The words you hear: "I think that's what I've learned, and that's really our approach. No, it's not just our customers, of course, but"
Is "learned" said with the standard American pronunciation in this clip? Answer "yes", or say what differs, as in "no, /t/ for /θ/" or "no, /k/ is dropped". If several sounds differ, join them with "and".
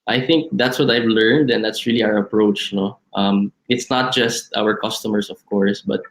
yes